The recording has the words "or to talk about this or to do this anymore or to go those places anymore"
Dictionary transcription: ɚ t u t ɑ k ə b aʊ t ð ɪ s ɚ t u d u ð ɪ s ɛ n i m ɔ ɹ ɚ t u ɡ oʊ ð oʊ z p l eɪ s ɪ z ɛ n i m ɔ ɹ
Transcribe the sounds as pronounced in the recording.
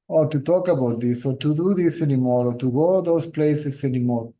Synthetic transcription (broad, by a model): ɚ t u t ɑ k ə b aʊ t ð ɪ s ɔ t u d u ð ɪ s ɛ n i m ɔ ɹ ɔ t u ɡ oʊ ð oʊ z p l eɪ s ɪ s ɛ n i m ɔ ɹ